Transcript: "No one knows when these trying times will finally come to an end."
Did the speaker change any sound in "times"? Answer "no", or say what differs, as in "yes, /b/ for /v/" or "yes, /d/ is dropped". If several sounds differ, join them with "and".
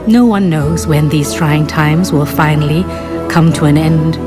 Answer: no